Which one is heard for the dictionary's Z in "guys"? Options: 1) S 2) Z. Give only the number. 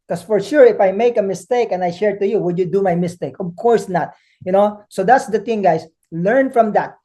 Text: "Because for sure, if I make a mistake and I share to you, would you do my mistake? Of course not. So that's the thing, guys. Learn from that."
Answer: 1